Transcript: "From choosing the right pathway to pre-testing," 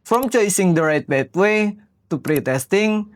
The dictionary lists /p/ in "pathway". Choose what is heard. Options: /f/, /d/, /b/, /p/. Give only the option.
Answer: /b/